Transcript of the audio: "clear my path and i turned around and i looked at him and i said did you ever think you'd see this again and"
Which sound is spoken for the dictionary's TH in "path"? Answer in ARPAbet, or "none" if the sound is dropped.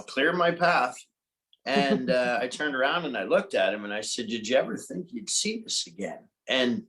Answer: TH